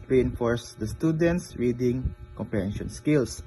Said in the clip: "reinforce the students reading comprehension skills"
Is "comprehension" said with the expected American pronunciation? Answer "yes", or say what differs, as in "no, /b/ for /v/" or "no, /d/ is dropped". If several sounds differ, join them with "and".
no, /ɹ/ is dropped